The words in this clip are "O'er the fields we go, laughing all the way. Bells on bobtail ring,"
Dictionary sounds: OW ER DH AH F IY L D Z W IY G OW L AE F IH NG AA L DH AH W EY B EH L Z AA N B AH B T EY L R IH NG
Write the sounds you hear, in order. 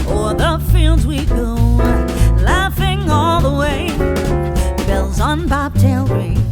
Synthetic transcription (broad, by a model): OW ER DH AH F IY L D Z W IY G OW L AE F IH NG AA L DH AH W EY B EH L Z N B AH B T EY L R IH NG